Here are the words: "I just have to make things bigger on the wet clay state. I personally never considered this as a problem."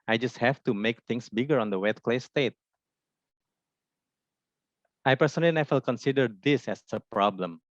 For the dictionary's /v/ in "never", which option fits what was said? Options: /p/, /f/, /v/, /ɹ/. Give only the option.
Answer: /f/